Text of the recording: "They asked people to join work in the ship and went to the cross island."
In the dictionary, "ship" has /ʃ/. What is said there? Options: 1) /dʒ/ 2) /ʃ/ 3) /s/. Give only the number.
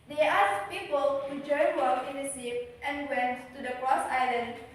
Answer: 3